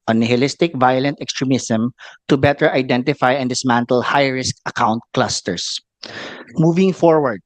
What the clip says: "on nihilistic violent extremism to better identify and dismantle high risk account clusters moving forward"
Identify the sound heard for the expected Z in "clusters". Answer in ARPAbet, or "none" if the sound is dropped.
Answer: S